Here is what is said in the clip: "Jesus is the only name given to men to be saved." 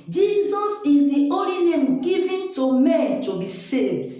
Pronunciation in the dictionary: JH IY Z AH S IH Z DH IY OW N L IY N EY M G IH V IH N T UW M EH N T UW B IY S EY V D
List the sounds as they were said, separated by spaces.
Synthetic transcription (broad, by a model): JH IY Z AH S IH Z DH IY OW L IY N EY M G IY V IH N T UW M EH N T UW B IY S EY V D